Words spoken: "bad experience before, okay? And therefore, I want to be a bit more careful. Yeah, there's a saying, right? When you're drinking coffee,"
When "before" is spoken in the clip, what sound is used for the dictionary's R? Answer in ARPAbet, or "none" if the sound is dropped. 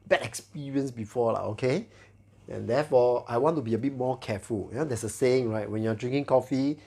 L